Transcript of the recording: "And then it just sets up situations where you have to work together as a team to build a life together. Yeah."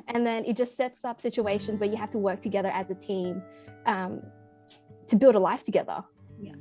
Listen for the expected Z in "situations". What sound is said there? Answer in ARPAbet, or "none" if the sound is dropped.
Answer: Z